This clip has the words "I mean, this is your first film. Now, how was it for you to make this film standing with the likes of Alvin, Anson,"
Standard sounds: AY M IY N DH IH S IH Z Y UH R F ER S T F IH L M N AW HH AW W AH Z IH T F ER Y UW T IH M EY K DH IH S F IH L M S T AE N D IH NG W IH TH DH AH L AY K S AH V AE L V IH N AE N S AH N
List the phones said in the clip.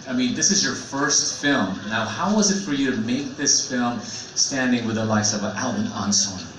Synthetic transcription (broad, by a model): AY M IY N DH IH S IH Z Y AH R F ER S T F IH L M N AW HH AW W AH Z IH T F ER Y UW T IH M EY K DH IH S F IH L M S T AE N D IH NG W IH DH AH L AY S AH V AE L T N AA N S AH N